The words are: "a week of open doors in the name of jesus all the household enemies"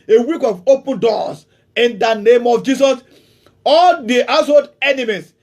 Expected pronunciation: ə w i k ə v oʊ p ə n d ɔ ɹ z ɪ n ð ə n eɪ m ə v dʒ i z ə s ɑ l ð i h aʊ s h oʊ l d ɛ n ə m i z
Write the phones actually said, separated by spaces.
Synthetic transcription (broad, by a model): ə w i k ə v oʊ p ə n d ɔ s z ɪ n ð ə n eɪ m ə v dʒ i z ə s ɑ l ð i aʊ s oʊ d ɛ n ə m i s